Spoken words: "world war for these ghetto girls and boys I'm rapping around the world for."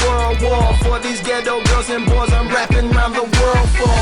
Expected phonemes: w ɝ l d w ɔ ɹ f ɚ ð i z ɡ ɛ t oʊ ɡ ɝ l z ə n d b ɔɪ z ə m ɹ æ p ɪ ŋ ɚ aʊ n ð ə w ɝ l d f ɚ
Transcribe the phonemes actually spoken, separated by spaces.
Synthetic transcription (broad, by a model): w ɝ l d w ɔ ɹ f ɚ ð i z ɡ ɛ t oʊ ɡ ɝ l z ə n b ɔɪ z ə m ɹ æ p ɪ ŋ ɚ aʊ n ð ə w ɝ l d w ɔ